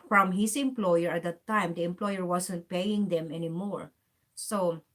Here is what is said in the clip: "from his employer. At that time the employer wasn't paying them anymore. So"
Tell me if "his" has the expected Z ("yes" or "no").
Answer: no